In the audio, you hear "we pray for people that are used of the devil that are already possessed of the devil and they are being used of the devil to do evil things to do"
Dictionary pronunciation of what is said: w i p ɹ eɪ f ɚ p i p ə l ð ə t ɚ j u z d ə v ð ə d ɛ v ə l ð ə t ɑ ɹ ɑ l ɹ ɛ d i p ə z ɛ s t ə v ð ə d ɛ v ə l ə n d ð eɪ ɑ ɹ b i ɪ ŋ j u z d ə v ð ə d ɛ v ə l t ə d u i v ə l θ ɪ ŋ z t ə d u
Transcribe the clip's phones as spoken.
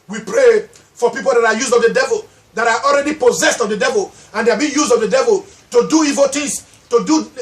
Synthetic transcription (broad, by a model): w i p ɹ eɪ f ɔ p i p ə l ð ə t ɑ j u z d ə v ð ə d ɛ v ə l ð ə t ɑ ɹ ɑ l ɹ ɛ d i p ə z ɛ s t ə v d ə d ɛ v ə l ə n d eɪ ɑ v b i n j u z d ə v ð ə d ɛ v ə l t ə d u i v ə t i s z t ə d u